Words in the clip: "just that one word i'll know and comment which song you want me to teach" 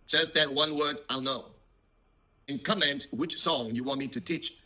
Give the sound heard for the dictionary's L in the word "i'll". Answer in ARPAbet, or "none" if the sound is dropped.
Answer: L